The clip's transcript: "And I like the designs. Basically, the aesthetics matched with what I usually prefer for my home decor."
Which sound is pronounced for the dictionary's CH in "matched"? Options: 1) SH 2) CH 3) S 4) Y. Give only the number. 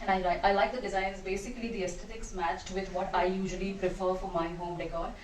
2